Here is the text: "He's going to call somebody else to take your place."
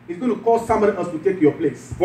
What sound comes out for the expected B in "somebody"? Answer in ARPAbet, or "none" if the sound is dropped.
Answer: none